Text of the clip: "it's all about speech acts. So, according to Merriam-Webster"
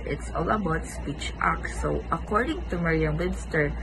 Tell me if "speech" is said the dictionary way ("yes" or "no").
yes